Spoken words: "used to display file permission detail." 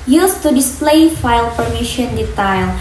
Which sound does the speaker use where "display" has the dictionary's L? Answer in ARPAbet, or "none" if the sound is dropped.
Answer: L